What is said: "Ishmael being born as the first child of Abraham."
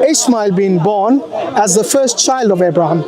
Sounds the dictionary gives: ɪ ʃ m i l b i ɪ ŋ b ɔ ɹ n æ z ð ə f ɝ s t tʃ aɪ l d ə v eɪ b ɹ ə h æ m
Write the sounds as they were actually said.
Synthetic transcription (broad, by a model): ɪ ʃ m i l b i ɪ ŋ b ɔ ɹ n æ z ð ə f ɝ s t tʃ aɪ l d ə v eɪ b ɹ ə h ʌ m